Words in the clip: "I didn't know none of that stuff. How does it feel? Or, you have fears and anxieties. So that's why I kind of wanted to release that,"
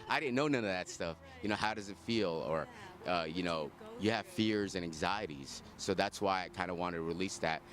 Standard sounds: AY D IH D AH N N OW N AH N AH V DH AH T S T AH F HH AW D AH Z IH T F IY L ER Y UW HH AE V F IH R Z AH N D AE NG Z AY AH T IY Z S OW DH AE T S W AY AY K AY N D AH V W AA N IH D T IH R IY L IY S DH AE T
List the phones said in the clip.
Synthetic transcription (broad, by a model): AY D IH D N N OW N AH N AH V DH AH T S T AH F HH AW D AH Z IH T F IY L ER Y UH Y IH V F IH R Z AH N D AE NG Z AY AH T IY Z S OW DH AE T S W AY AY K AY N D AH W AA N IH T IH R IY L IY S DH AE T